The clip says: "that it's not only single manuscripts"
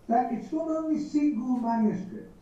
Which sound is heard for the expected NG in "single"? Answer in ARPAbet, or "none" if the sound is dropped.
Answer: none